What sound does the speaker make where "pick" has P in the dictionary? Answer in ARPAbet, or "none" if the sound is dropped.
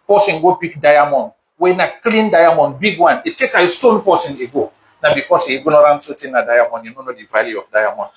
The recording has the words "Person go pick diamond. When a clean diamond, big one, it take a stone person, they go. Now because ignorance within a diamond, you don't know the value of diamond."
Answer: B